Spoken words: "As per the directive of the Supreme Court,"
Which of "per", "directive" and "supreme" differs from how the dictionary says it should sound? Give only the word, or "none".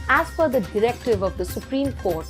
per